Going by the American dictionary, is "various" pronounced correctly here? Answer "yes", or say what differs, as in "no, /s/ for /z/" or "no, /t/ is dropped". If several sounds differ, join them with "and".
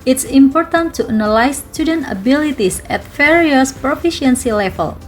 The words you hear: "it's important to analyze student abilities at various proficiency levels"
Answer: no, /f/ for /v/